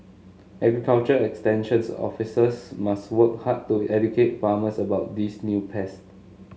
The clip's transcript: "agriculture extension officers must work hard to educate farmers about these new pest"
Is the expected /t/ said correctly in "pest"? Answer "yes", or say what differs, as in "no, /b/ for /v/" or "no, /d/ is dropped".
yes